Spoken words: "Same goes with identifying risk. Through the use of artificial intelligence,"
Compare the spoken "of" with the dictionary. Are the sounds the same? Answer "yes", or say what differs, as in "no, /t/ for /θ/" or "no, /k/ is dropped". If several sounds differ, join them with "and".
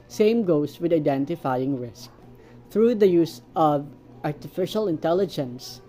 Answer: yes